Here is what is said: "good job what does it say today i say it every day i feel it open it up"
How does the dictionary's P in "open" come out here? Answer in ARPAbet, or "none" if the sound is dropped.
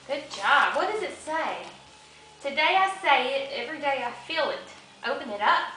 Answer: P